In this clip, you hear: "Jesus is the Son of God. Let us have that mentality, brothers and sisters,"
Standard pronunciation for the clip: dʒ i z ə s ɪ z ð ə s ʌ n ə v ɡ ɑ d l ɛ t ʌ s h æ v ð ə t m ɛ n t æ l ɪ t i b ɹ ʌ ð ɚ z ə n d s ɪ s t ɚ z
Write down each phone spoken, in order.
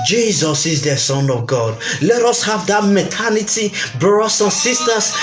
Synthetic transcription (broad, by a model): dʒ i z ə s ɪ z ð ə s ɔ n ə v ɡ ɑ d l ɛ t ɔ s h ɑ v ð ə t m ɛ t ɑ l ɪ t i b ɹ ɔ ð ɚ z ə n s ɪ s t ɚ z